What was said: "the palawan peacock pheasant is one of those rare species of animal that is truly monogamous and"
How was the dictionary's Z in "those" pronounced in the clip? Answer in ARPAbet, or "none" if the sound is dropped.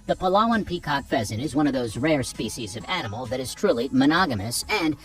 Z